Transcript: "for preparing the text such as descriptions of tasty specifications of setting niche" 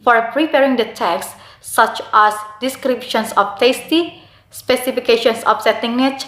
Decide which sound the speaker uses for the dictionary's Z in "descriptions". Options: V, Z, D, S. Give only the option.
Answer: S